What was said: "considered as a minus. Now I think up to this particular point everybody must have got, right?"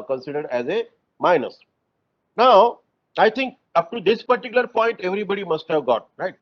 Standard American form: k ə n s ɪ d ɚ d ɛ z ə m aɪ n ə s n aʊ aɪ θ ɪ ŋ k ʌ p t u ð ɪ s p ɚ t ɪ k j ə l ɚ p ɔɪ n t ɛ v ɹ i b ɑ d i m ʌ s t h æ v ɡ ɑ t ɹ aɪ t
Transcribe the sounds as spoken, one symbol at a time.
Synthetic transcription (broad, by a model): k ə n s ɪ d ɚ d ɛ z ə m aɪ n ə s n aʊ aɪ t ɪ ŋ k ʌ p t u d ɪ s p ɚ t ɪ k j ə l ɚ p ɔɪ n t ɛ v ɹ i b ɑ d i m ʌ s t h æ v ɡ ɑ t ɹ aɪ t